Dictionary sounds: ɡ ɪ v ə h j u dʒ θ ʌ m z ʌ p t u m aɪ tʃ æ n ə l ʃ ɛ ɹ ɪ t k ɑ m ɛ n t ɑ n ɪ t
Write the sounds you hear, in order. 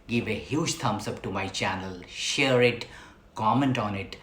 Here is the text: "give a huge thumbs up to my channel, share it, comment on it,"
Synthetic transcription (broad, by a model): ɡ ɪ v ə h j u dʒ t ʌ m s ʌ p t u m aɪ tʃ æ n ə l ʃ ɛ ɹ ɪ t k ɑ m ɛ n t ɑ n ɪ t